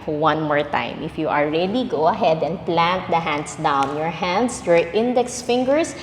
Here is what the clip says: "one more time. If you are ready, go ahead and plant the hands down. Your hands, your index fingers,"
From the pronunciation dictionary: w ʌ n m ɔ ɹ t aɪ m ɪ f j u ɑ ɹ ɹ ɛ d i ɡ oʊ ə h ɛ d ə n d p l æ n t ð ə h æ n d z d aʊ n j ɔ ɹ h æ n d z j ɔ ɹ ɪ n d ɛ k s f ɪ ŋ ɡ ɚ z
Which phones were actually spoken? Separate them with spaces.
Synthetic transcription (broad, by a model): w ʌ n m ɔ ɹ t aɪ m ɪ f j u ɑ l ɹ ɛ d i ɡ oʊ ə h ɛ d ə n d p l æ n t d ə h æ n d s d aʊ n j ɔ ɹ h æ n d s j ɔ ɹ ɪ n d ɛ k s f ɪ ŋ ɡ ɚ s